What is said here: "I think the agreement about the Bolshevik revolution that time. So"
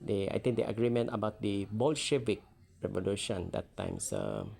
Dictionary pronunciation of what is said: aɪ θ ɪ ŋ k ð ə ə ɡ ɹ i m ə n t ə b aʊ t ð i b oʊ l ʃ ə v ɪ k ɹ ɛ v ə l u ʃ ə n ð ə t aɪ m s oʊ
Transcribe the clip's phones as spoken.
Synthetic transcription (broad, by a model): aɪ t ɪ ŋ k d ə ə ɡ ɹ i m ə n t ə b aʊ t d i b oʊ l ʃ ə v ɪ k ɹ ɛ v ə l u ʃ ə n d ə t aɪ m s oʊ